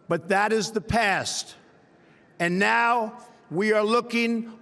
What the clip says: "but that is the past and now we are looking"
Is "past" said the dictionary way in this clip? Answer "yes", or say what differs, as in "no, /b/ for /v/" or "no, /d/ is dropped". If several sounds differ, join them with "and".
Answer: yes